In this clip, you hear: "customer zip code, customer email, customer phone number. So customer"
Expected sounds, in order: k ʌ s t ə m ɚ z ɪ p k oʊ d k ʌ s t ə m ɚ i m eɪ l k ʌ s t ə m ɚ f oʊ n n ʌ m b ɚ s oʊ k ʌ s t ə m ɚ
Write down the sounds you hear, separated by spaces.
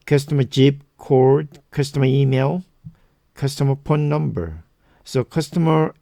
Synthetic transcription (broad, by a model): k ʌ s t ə m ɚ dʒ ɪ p k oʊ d k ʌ s t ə m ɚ i m eɪ l k ʌ s t ə m ɚ p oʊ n n ʌ m b ɚ s oʊ k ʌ s t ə m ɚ